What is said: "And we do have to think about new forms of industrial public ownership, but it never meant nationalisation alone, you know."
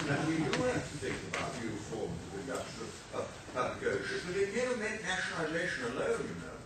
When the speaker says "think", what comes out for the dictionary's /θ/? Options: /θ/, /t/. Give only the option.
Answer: /θ/